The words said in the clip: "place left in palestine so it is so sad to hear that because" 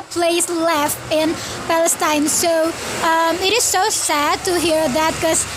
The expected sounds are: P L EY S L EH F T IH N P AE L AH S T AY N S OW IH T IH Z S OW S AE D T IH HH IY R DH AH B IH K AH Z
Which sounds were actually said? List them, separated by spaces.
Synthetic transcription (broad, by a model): P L EY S L EH F T IH N P AE L AH S T AY N S OW IH T IH Z S OW S AE D T IH HH IY R DH AH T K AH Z